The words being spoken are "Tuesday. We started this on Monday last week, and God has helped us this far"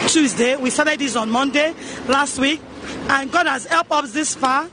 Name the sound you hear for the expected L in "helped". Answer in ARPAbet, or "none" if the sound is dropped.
L